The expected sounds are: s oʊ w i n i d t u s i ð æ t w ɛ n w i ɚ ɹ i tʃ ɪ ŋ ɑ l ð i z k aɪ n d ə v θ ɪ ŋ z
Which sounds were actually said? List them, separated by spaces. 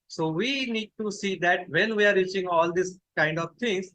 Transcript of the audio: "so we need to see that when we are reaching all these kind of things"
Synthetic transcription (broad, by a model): s oʊ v i n i d t u s i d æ t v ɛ n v i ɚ ɹ i tʃ ɪ ŋ ɑ l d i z k aɪ n d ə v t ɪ ŋ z